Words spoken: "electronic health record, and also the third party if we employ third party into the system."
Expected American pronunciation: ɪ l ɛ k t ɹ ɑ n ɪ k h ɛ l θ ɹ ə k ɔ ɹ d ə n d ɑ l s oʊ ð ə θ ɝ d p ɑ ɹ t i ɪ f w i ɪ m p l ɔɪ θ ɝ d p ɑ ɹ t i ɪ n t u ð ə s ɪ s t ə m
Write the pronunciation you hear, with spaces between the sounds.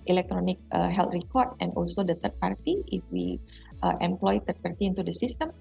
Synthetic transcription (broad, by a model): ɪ l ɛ k t ɹ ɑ n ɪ k h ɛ l t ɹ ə k ɔ ɹ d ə n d ɑ l s oʊ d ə t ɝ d p ɑ ɹ t i ɪ f w i ɪ m p l ɔɪ t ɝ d p ɑ ɹ t i ɪ n t u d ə s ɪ s t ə m